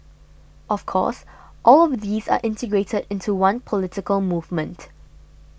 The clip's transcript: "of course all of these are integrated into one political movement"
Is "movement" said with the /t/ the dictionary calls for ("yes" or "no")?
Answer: yes